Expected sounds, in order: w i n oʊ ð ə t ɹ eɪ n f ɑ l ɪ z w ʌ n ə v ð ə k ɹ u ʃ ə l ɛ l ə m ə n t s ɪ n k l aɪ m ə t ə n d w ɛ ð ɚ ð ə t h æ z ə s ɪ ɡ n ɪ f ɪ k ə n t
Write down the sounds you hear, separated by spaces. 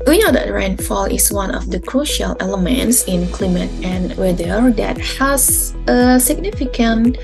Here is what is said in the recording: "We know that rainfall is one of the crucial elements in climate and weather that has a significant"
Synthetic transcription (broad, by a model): w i n oʊ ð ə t ɹ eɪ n f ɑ l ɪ s w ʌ n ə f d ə k ɹ u ʃ ə l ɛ l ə m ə n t s ɪ n k l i m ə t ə n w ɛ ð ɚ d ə t h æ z ə s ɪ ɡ n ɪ f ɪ k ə n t